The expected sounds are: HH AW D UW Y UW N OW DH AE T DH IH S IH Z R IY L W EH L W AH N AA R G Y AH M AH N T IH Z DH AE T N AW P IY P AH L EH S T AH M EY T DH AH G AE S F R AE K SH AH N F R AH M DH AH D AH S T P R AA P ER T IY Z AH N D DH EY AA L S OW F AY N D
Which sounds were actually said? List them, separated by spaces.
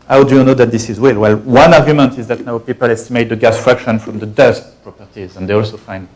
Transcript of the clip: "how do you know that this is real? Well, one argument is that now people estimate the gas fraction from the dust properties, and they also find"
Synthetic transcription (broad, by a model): HH AW D UW Y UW N OW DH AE T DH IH S IH Z W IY L W EH L W AH N AA R G Y AH M AH N T IH Z DH AE T N AW P IY P AH L EH S T AH M EY T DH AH G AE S F R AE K SH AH N F R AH M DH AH D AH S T P R AA P ER T IY Z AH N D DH EY AA L S OW F AY N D